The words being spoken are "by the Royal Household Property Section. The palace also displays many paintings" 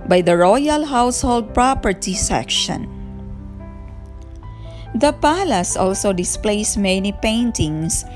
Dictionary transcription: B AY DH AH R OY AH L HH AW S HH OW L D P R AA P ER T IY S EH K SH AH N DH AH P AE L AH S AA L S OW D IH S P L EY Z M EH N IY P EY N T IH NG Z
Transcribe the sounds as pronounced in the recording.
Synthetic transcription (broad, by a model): B AY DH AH R OY AH L HH AW S HH OW L D P R AA P ER T IY S EH K SH AH N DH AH P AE L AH S AA L S OW D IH S P L EY S M EH N IY P EY N T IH NG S